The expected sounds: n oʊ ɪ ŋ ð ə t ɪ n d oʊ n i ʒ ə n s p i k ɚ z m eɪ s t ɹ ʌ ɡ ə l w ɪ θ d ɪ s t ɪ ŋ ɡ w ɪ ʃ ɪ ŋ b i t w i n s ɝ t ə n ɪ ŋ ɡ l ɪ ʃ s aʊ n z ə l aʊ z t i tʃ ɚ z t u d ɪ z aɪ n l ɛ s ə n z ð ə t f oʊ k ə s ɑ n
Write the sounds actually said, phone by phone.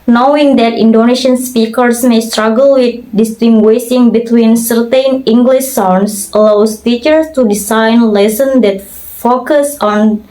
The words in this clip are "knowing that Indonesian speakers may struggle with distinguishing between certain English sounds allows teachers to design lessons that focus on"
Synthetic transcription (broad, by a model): n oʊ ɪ ŋ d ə t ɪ n d oʊ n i ʃ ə n s p i k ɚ s m eɪ s t ɹ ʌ ɡ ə l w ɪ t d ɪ s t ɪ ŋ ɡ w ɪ s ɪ ŋ b i t w i n s ɝ t ə n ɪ ŋ ɡ l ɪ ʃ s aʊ n s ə l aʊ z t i tʃ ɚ s t u d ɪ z aɪ n l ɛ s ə n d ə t f oʊ k ə s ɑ n